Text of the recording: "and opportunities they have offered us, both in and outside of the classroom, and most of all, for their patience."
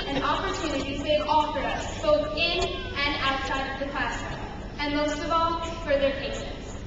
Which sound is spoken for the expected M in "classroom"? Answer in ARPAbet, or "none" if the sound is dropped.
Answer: none